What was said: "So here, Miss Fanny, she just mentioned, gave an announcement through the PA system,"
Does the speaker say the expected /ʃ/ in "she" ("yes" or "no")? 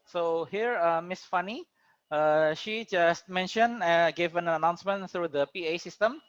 yes